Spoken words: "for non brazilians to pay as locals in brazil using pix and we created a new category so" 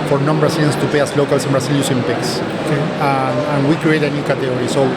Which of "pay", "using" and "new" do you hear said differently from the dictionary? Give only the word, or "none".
using